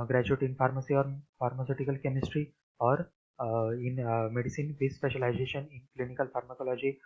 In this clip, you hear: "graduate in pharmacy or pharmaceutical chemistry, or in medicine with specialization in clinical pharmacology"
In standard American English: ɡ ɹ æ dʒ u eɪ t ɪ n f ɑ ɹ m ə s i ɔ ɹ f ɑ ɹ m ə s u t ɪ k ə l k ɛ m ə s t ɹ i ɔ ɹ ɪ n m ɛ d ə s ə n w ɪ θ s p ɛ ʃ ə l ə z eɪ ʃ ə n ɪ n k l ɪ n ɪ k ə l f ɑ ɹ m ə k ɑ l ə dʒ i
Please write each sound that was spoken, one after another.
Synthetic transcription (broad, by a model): ɡ ɹ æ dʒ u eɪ t ɪ n f ɑ ɹ m ə s i ɔ ɹ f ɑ ɹ m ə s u t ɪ k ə l k ɛ m ə s t ɹ i ɔ ɹ ɪ n m ɛ d ə s ə n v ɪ s p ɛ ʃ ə l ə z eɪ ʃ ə n ɪ n k l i n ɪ k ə l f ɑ ɹ m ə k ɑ l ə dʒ i